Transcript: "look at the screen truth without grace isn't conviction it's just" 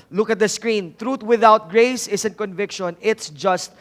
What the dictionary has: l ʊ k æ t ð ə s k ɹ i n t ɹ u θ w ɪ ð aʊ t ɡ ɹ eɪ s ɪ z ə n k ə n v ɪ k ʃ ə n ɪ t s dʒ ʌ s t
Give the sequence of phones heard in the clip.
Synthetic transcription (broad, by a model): l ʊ k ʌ t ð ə s k ɹ i n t ɹ u t w ɪ ð aʊ t ɡ ɹ eɪ s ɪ s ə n k ə n v ɪ k ʃ ə n ɪ t s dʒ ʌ s t